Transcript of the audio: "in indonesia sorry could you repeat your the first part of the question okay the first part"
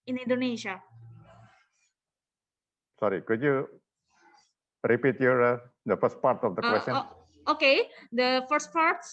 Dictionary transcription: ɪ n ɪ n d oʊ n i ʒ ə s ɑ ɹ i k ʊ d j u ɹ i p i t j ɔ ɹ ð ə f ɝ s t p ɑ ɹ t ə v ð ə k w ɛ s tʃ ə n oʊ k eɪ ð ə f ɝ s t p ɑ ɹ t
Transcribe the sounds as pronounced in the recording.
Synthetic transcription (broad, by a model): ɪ n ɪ n d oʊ n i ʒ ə s ɑ ɹ i k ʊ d j u ɹ i p i t j ɔ ɹ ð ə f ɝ s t p ɑ ɹ t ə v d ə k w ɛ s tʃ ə oʊ k eɪ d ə f ɝ s t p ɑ ɹ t